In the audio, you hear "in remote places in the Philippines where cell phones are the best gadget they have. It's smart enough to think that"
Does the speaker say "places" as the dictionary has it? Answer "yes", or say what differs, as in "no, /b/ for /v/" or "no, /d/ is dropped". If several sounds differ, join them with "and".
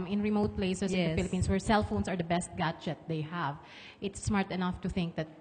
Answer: no, /s/ is dropped and /s/ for /z/